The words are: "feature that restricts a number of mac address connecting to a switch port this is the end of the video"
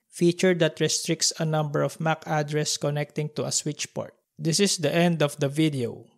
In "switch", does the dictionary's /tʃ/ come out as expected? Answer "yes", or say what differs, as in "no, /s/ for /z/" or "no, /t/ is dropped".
yes